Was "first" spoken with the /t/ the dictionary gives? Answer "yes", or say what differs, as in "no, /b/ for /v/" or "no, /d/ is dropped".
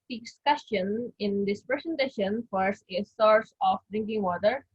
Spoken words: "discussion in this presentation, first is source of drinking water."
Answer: no, /t/ is dropped